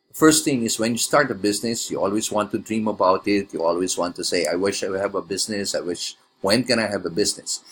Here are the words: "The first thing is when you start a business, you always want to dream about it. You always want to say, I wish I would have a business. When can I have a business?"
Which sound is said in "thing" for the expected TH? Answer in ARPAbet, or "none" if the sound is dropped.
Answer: T